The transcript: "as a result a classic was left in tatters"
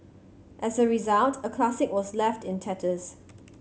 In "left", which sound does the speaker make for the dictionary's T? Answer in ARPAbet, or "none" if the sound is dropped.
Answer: T